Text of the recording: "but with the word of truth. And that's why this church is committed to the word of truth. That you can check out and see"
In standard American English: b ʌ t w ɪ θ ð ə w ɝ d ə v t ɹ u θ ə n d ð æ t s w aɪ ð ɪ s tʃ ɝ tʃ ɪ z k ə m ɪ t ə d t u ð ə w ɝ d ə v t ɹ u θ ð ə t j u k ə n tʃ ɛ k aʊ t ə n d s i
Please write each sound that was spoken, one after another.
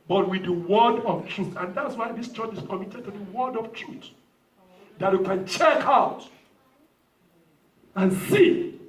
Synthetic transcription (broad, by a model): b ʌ t w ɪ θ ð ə w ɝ d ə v t ɹ u θ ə n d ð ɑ t s w aɪ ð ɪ s tʃ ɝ tʃ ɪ s k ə m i t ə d t u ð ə w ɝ d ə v t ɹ u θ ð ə t j u k ə n tʃ ɛ k aʊ t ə n s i